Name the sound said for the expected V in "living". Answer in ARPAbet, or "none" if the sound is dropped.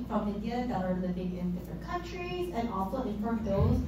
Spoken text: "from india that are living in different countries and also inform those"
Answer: B